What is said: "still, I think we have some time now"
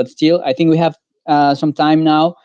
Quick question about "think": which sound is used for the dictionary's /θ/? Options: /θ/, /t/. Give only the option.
/θ/